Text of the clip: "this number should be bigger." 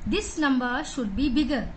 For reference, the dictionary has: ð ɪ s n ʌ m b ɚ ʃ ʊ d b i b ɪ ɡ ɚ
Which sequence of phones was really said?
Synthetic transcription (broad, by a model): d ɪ s l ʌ m b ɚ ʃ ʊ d b i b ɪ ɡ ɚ